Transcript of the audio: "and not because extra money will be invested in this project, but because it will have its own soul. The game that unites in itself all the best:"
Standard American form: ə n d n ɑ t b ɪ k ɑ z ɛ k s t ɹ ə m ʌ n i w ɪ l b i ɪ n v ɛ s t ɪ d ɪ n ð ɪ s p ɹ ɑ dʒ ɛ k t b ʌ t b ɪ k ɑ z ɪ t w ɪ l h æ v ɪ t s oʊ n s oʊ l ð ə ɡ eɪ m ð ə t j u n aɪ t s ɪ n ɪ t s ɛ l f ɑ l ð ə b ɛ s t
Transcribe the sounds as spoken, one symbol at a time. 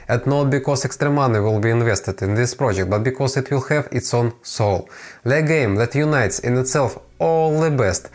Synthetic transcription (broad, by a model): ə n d n ɑ t b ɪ k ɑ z ɛ k s t ɹ ə m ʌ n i w ɪ l b i ɪ n v ɛ s t ɪ d ɪ n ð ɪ s p ɹ ɑ dʒ ɛ k t b ʌ t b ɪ k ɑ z ɪ t w ɪ l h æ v ɪ t s oʊ n s oʊ l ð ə ɡ eɪ m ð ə t j u n aɪ t s ɪ n ɪ t s ɛ l f ɑ l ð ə b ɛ s t